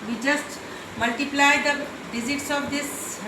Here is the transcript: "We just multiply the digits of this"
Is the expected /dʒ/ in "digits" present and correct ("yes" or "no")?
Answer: no